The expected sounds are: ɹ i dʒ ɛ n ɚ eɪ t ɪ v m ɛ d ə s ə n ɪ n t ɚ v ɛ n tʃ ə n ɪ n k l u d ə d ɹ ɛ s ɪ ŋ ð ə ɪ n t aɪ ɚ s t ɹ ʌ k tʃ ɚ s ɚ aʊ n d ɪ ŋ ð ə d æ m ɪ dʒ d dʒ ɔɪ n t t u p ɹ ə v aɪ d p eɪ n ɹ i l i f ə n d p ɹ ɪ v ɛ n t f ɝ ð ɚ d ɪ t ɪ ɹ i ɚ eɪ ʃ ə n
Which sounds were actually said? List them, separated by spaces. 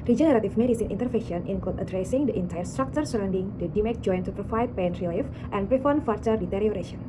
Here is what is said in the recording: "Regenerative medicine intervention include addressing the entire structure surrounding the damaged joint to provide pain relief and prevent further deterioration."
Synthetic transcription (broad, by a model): ɹ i dʒ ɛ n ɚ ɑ t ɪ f m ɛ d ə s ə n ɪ n t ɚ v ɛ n ʃ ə n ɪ n k ɔ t ə d ɹ ɛ s ɪ ŋ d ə ɪ n t aɪ ɚ s t ɹ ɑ k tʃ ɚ s ɚ aʊ n d ɪ ŋ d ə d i m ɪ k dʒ ɔɪ n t t u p ɹ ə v aɪ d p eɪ n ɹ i l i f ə n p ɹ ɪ f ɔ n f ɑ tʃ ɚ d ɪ t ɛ ɹ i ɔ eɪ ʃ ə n